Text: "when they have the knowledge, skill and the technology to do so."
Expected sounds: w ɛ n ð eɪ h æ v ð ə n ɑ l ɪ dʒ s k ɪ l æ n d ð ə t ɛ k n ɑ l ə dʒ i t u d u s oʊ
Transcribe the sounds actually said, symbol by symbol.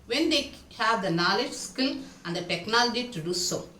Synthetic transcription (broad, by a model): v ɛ n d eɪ h æ v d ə n ɑ l ɪ dʒ s k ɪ n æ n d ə t ɛ k n ɑ l ə dʒ i t u d u s oʊ